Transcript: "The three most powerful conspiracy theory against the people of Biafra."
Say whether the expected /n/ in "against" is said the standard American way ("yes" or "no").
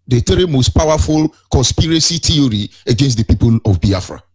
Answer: yes